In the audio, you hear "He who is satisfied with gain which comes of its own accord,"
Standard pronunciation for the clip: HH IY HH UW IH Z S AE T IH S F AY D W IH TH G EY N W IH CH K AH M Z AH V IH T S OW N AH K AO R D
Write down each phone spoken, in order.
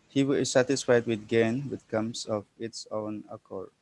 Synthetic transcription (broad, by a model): HH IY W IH S AE T IH S F AY D W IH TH G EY N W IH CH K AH M S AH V IH T S OW N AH K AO R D